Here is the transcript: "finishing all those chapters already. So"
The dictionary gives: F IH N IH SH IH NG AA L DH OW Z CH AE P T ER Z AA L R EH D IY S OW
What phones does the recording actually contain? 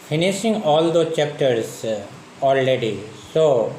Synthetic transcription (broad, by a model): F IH N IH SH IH NG AA L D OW CH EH P T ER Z AA L R EH D IY S OW